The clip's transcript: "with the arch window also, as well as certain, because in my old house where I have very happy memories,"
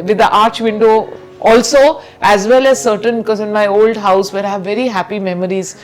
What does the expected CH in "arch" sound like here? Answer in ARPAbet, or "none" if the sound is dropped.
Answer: CH